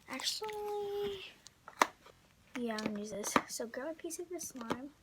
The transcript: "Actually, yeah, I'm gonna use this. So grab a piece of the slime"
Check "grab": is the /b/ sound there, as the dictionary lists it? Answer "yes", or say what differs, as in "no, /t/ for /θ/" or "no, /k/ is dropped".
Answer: no, /b/ is dropped